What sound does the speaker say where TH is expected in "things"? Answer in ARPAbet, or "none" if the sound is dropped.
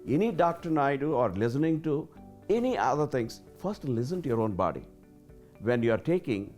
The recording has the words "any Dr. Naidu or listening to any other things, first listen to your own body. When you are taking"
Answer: T